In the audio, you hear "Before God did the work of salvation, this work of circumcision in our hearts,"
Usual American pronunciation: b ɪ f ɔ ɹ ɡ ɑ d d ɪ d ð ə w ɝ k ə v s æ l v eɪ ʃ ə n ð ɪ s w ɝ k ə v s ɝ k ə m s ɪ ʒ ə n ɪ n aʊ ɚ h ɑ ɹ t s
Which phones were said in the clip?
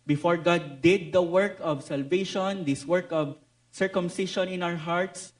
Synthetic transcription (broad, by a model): b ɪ f ɔ ɹ ɡ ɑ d d ɪ d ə w ɝ k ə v s æ l v eɪ ʃ ə n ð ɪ s w ɝ k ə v s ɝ k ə m s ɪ ʃ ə n ɪ n aʊ ɚ h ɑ ɹ t s